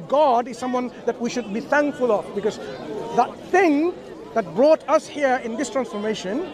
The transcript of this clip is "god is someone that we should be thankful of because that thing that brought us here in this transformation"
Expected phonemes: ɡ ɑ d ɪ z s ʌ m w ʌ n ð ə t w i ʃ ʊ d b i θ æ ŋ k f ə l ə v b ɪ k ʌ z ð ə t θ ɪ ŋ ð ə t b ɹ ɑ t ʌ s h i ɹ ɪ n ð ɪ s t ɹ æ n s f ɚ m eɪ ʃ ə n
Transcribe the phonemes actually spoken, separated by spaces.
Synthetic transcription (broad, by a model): ɡ ɑ d ɪ z s ʌ m w ʌ n ð ə t w i ʃ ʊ d b i θ æ ŋ k f ə l ə v b ɪ k ʌ z ð ə t θ ɪ ŋ ð ə t b ɹ ɑ t ʌ s h i ɹ ɪ n ð ɪ s t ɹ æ n s f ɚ m eɪ ʃ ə n